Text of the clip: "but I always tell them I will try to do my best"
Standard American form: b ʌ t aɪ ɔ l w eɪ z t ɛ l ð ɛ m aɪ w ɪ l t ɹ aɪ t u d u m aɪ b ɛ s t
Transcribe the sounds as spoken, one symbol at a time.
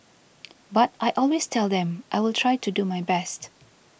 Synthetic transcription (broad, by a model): b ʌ t aɪ ɔ l w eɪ s t ɛ l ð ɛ m aɪ w ɪ l t ɹ aɪ t u d u m aɪ b ɛ s t